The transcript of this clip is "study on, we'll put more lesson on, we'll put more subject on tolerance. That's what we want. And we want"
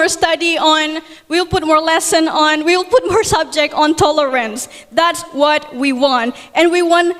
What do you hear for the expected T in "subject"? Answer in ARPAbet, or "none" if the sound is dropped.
T